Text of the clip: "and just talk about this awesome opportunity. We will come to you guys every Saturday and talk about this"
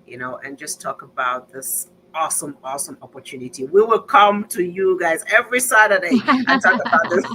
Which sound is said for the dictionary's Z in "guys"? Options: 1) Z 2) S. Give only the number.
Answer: 1